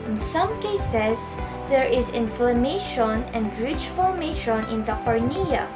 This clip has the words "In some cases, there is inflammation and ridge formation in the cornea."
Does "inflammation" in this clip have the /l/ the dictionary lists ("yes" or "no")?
yes